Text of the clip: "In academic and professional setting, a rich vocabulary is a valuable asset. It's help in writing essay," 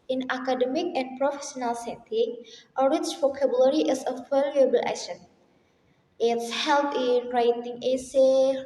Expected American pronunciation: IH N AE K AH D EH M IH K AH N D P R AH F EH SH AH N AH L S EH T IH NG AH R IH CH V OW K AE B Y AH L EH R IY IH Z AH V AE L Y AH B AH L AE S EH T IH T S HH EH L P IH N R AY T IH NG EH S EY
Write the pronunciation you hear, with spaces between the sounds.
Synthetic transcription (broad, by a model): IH N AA K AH D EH M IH K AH N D P R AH F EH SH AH N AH L S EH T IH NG AH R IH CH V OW K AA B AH L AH R IY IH S AH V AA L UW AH B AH L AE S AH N IH T S HH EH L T IH N R AY T IH NG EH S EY